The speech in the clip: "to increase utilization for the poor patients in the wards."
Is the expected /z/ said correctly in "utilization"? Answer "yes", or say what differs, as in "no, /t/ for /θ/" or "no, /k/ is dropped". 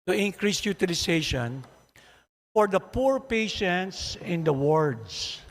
no, /s/ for /z/